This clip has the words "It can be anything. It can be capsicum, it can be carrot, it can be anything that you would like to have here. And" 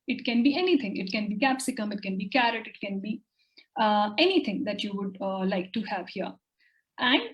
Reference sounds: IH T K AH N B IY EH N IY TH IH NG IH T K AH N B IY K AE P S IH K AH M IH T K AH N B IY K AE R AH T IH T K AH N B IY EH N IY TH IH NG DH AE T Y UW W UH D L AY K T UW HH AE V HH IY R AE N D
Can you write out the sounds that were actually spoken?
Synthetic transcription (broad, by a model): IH T K AH N B IY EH N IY T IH NG IH T K AH N B IY K AE P S IH K AH M IH T K AH N B IY K AE R AH T IH T K AH N B IY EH N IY T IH NG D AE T Y UW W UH D L AY K T UW HH AE V HH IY R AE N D